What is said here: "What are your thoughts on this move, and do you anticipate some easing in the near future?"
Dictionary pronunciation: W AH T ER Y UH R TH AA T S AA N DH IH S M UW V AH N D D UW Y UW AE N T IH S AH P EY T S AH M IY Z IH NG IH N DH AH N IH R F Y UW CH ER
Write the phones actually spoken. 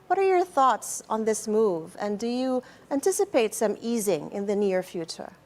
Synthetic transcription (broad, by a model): W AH T ER Y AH R TH AA T S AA N DH IH S M UW V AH N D D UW Y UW AE N T IH S AH P EY T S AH M IY Z IH NG IH N DH AH N IH R F Y UW CH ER